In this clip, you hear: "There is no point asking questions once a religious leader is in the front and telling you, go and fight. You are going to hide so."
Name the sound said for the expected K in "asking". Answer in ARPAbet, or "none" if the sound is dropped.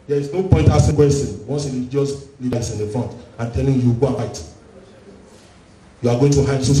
none